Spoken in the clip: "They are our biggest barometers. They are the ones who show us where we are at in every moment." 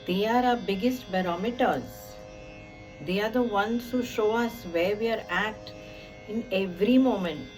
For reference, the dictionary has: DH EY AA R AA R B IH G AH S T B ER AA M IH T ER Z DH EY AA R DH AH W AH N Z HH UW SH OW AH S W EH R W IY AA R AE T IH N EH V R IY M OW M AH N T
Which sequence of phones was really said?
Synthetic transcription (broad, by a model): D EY AA R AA B IH G AH S T B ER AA M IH T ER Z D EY AA R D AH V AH N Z HH UW SH OW AH S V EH R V IY AA R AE T IH N EH V R IY M OW M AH N T